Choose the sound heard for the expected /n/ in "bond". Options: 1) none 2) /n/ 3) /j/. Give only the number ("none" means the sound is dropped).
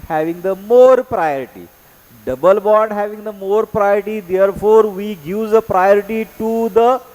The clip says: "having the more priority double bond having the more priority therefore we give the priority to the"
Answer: 1